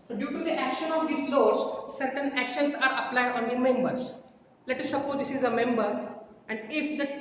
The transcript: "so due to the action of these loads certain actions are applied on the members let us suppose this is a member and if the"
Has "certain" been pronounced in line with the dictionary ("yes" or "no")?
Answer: yes